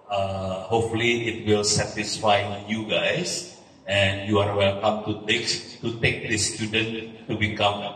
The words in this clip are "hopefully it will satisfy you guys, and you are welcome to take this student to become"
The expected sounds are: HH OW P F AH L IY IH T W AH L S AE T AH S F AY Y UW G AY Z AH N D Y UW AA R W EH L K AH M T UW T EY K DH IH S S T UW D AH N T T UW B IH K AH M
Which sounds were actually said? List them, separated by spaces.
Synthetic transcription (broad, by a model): HH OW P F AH L IY IH T W AH L S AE T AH S F AY Y UW G AY S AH N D Y UW AA R W EH L K AH M T UW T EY K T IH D S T UW D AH N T T UW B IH K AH M